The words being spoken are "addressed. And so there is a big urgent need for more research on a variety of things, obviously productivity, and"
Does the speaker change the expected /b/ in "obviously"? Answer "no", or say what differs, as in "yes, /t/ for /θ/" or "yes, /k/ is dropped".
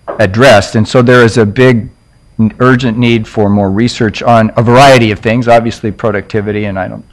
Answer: no